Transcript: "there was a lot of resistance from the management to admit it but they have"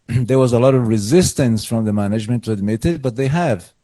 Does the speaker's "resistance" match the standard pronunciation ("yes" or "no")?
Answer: yes